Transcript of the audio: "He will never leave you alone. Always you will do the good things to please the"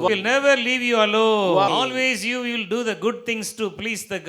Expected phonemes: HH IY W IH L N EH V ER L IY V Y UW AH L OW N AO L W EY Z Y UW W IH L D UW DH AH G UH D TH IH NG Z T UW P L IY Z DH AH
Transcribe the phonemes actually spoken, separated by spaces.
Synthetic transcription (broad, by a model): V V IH L N EH V ER L IY V Y UW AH L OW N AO L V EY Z Y UW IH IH L D UW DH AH G UH D T IH NG S T UW P L IY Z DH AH